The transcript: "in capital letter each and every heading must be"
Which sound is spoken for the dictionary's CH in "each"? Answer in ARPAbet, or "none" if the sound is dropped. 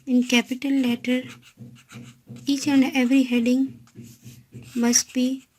CH